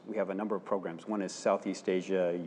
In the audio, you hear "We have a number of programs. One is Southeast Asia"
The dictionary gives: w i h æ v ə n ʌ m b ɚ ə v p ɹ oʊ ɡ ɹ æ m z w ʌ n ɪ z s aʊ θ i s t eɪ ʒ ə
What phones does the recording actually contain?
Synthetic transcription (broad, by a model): w i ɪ v ə n ʌ m b ɚ ə v p ɹ oʊ ɡ ɹ æ m z w ʌ n ɪ z s aʊ θ i s t eɪ ʒ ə